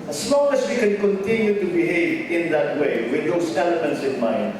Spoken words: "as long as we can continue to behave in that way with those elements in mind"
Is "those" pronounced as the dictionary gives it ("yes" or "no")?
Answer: no